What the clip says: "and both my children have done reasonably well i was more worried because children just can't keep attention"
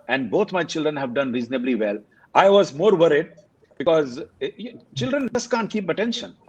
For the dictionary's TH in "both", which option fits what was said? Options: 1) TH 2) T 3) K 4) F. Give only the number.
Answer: 2